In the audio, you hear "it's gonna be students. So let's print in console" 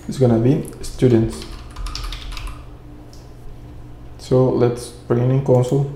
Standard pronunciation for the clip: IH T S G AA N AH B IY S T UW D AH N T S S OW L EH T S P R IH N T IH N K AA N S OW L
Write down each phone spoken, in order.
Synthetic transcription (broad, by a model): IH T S G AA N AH B IY S T UW D AH N T S S OW L EH T S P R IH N IH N K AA N S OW L